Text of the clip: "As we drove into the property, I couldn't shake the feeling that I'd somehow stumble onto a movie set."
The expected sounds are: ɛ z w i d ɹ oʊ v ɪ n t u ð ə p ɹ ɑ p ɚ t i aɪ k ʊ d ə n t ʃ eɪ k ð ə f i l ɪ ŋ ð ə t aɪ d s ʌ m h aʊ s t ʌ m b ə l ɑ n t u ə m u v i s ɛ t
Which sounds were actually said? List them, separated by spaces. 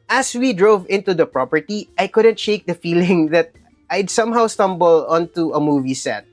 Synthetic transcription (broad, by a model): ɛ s w i d ɹ oʊ v ɪ n t u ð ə p ɹ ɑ p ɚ t i aɪ k ʊ d ə n t ʃ eɪ k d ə f i l ɪ ŋ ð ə t aɪ d s ʌ m h aʊ s t ʌ m b ə l ɑ n t u ə m u v i s ɛ t